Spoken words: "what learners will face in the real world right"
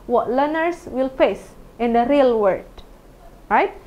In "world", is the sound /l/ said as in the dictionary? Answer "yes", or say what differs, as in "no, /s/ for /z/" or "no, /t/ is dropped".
no, /l/ is dropped